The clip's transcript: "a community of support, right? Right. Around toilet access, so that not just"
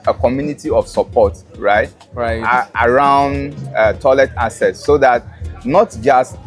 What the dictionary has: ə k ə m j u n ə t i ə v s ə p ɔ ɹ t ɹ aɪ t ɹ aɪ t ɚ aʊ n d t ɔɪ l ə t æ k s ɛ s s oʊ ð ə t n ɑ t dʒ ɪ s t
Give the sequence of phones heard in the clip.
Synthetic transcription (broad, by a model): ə k ə m j u n ə t i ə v s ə p ɔ t ɹ aɪ t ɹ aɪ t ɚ aʊ n d t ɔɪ l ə t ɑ s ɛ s s oʊ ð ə t n ɑ t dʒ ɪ s t